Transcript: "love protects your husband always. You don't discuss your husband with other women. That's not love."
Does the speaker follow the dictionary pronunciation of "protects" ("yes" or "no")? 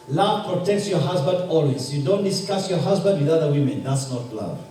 yes